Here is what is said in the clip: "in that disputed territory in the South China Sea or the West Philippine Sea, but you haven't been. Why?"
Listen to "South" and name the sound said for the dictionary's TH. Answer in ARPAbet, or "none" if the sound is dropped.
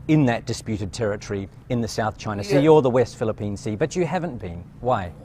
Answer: TH